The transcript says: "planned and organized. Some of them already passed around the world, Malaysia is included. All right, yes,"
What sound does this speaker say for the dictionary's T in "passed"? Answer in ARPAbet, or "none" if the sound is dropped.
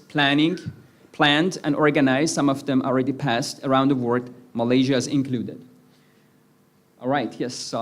T